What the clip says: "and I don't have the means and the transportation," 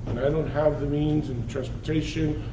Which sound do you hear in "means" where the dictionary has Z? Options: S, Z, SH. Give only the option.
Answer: Z